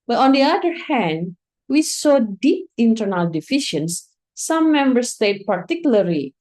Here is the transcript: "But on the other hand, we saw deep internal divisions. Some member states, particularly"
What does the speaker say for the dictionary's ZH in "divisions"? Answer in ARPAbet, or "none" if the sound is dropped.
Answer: SH